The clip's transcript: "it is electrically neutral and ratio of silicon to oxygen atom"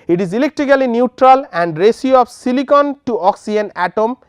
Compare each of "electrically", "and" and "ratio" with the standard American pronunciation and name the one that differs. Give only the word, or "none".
ratio